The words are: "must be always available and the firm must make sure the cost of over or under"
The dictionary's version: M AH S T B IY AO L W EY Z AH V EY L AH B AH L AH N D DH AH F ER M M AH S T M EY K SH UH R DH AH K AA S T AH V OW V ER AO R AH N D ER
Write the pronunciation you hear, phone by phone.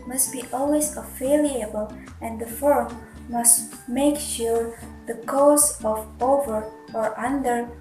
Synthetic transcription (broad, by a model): M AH S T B IY AO L W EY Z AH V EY L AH B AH L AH N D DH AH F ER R M AH S T M EY K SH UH R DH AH K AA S AH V OW V ER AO R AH N D ER